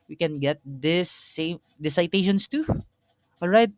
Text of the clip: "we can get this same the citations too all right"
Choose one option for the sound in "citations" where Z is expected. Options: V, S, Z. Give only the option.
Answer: S